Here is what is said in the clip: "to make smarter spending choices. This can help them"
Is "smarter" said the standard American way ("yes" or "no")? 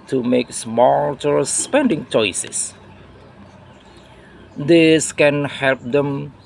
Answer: no